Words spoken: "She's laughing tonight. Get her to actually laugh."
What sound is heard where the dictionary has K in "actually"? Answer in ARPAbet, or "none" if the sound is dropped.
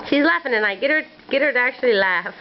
K